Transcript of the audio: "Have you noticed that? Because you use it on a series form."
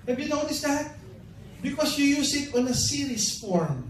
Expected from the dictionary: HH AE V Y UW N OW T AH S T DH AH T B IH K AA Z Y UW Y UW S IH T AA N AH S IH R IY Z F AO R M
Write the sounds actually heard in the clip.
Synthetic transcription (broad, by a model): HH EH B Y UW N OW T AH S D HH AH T B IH K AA S Y UW Y UW S IH T AA N AH S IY R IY S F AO R M